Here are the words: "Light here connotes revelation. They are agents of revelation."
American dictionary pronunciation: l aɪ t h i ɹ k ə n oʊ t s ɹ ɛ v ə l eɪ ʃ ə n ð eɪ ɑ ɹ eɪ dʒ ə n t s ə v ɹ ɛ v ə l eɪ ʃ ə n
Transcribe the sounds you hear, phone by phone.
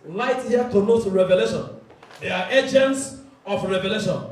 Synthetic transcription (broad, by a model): l aɪ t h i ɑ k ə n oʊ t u ɹ ɛ v ə l eɪ ʃ ə n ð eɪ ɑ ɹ eɪ dʒ ə n t s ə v ɹ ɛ v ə l eɪ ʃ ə n